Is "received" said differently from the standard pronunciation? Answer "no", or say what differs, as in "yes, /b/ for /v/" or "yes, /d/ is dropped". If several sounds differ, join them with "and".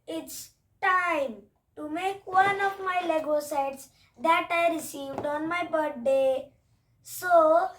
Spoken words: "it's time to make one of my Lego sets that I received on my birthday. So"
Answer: no